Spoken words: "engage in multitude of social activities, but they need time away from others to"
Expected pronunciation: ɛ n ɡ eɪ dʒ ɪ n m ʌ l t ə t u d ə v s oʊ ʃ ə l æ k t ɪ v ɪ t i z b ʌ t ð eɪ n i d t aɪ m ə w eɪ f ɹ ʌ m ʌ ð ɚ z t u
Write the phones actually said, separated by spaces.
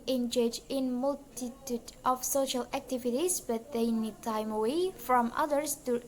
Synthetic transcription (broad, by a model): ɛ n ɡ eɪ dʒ ɪ n m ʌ l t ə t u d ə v s oʊ ʃ ə l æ k t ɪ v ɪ t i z b ʌ t ð eɪ n i d t aɪ m ə w eɪ f ɹ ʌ m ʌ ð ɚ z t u